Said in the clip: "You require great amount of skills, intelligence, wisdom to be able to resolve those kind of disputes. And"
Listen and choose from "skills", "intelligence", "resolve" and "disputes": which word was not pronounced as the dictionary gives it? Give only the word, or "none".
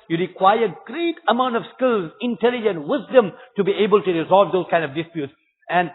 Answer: intelligence